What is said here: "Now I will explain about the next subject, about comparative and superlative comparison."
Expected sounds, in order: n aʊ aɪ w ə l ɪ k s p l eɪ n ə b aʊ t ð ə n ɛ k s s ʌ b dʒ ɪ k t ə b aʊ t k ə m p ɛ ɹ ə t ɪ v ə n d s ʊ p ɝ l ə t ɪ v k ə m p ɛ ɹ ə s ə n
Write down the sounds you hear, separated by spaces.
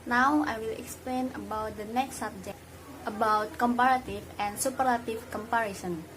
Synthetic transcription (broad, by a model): n aʊ aɪ w ə l ɪ k s p l eɪ n ə b aʊ t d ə n ɛ k s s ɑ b dʒ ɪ k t ə b aʊ t k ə m p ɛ ɹ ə t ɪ f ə n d s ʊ p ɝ l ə t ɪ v k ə m p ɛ ɹ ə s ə n